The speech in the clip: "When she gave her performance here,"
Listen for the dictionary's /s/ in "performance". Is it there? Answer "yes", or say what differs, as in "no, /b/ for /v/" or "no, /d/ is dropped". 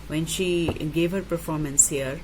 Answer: yes